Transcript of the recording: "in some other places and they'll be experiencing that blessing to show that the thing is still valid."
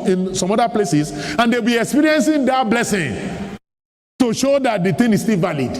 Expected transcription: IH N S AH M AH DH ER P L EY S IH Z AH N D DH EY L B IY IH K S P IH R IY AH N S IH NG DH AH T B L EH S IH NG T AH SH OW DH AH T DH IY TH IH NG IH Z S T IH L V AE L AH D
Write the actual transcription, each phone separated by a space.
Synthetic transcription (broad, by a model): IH N S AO M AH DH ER P L EY S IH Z AH N D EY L B IY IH K S P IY R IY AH N S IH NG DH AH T B L EH S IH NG T AH SH OW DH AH T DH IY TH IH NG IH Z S T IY L V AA L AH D